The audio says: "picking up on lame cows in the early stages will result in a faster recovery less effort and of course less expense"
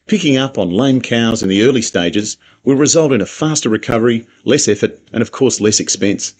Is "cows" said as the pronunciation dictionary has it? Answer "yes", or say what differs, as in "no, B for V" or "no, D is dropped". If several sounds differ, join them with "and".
yes